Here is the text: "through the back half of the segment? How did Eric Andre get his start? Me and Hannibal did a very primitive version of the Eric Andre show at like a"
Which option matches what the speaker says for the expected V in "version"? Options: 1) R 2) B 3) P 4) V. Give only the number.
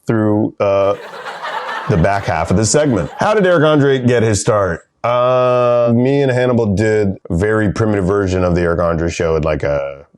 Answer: 4